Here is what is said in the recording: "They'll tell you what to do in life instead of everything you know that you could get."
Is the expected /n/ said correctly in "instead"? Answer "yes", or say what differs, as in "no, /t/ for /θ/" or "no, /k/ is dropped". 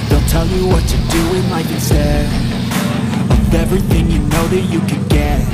no, /n/ is dropped